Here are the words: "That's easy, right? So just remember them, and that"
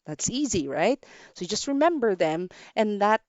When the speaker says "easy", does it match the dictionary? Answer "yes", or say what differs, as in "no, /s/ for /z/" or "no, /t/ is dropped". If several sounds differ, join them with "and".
yes